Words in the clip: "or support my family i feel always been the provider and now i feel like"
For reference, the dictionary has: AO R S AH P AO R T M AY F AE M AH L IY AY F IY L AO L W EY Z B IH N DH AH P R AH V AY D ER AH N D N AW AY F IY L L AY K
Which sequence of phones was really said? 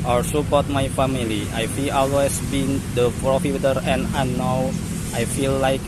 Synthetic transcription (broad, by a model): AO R S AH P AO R T M AY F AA M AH L IY AY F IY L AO L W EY S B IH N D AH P R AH F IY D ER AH N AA N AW AY F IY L L AY K